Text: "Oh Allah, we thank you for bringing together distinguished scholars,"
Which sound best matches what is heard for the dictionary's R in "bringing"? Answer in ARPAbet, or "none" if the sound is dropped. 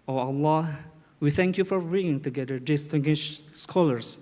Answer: none